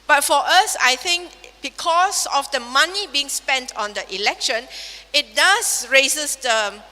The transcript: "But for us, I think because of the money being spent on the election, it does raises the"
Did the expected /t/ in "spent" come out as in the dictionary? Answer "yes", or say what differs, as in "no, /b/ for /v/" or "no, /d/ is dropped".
yes